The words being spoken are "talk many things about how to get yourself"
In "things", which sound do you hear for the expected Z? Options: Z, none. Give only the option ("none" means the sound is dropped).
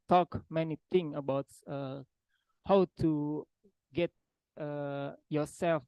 none